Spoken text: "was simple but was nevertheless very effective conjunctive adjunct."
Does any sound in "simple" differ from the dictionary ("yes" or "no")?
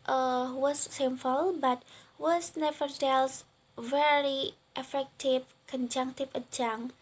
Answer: yes